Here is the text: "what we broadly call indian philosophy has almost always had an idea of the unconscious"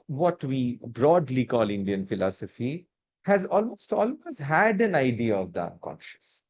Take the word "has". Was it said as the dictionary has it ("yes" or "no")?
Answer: yes